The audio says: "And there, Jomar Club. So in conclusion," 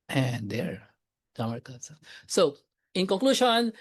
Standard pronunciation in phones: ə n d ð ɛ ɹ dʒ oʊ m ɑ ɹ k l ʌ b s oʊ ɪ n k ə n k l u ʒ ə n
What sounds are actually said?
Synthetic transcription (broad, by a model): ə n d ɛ ɹ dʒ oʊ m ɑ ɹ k ʌ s s oʊ ɪ n k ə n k l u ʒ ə n